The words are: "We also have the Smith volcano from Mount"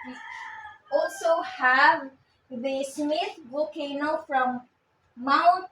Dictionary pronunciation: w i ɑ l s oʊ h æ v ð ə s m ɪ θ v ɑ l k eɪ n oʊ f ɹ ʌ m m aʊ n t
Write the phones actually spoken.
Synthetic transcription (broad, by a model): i ɑ l s oʊ h æ v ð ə s m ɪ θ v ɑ k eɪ n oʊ f ɹ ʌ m m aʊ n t